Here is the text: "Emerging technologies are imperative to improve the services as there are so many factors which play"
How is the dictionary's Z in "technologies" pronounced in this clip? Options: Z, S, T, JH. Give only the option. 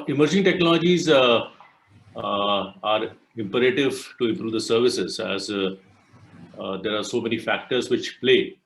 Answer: Z